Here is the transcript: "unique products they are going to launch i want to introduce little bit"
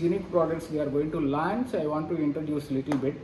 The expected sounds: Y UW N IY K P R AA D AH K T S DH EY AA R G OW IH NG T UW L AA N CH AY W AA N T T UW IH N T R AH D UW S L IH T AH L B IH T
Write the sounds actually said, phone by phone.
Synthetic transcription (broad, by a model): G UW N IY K P R AA D AH K T S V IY AA R G OW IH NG T UW L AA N S AY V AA N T T UW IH N T R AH D UW S L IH T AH L B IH T